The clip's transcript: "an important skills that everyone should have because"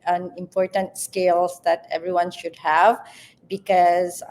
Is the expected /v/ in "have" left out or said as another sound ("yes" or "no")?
no